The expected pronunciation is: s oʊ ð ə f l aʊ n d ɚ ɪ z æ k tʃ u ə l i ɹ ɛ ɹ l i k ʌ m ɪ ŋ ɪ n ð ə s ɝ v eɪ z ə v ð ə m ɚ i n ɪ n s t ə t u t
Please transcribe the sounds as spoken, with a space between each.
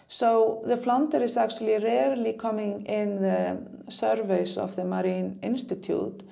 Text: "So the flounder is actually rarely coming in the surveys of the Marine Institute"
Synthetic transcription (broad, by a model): s oʊ ð ə f l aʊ n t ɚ ɪ s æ k tʃ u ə l i ɹ ɛ ɹ l i k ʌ m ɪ ŋ ɪ n ð ə s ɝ v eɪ s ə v ð ə m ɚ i n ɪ n s t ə t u t